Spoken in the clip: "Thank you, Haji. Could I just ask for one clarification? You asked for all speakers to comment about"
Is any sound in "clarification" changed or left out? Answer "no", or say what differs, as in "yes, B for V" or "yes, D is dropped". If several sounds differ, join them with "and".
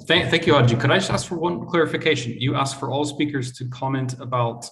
no